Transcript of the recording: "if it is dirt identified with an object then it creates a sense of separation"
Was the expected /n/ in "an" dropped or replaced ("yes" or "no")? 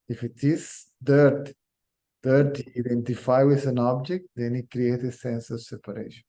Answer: no